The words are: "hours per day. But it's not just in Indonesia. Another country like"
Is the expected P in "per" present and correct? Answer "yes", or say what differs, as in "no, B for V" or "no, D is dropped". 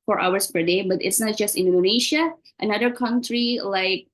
yes